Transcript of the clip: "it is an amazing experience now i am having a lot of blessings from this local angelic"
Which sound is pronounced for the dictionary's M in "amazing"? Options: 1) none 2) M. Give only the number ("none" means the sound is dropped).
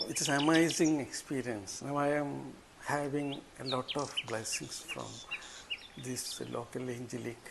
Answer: 1